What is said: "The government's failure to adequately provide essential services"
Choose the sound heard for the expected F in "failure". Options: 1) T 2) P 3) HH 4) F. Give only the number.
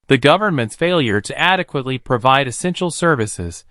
4